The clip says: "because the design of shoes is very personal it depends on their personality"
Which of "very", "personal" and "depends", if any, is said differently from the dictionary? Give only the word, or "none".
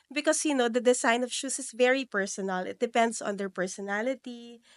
depends